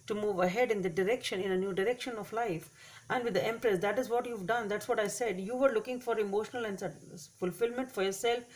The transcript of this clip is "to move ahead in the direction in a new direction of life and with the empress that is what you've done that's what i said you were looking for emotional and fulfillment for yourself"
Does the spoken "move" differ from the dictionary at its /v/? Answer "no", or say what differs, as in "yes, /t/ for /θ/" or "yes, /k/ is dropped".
no